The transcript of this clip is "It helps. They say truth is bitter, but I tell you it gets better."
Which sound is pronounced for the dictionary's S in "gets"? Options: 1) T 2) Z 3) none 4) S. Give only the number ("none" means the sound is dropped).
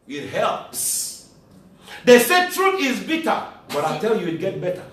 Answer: 3